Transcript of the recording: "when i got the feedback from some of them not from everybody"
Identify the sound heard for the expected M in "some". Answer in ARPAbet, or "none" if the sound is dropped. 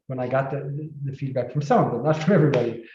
none